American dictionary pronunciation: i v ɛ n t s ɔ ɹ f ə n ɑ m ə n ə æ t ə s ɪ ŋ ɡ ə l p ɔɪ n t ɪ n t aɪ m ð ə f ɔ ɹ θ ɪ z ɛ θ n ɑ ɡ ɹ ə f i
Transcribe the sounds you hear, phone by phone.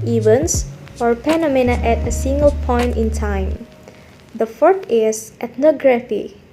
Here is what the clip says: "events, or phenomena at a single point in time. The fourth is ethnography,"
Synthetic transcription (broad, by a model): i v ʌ n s ɔ ɹ p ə n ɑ m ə n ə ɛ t ə s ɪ ŋ ɡ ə l p ɔɪ n t ɪ n t aɪ m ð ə f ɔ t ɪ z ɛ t n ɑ ɡ ɹ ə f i